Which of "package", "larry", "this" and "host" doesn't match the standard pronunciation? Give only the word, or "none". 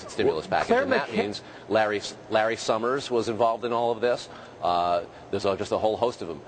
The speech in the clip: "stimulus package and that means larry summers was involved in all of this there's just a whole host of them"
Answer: package